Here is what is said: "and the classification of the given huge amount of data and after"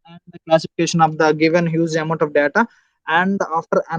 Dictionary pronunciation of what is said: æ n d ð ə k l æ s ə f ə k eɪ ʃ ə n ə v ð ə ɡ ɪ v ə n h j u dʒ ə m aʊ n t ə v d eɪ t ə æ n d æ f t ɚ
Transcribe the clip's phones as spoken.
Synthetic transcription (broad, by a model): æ n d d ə k l æ s ə f ə k eɪ ʃ ə n ə v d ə ɡ ɪ v ə n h j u z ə m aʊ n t ə v d eɪ t ə æ n d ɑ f t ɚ